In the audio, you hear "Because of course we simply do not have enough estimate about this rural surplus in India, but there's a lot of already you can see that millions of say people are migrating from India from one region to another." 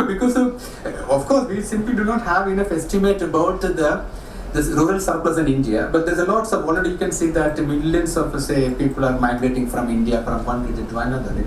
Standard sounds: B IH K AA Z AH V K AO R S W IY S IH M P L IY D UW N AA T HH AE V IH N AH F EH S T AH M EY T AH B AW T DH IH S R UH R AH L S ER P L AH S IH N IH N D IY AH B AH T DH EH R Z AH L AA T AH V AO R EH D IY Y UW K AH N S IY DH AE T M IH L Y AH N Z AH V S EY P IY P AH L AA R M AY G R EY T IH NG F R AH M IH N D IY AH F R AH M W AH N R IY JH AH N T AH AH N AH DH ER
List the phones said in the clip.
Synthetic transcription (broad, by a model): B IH K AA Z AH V K AO R S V IY S IH M P L IY D UW N AA T HH AE V IH N AH F EH S T AH M EY T AH B AW T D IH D R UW R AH L S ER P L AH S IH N IH N D IY AH B AH T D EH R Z AH L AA T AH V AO L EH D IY Y UW K AH N S IY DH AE T M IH L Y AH N S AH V S EY P IY P AH L AA R M AY G R EY T IH NG F R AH M IH N D IY AH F R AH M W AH N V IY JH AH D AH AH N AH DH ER